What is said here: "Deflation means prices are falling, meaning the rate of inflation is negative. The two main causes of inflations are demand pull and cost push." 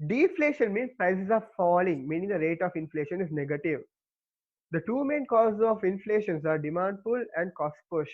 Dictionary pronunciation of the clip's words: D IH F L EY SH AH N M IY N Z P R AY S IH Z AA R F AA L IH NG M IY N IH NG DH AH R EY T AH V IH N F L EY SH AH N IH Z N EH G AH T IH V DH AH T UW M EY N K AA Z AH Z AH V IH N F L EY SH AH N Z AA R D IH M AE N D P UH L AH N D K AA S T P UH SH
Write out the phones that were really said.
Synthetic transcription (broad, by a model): D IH F L EY SH AH N M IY N S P R AY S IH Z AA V F AA L IH NG M IY N IH NG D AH R EY T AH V IH N F L EY SH AH N IH Z N EH G AH T IH V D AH T UW M EY N K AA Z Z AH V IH N F L EY SH AH N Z AA R D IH M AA N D F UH L AH N D K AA S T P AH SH